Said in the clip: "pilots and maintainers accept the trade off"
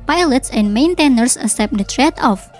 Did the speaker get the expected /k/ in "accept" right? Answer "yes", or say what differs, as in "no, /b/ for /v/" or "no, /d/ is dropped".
no, /k/ is dropped